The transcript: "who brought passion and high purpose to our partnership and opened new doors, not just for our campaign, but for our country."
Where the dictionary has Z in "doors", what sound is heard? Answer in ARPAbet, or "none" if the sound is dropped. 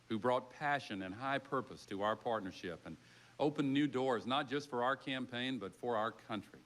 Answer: Z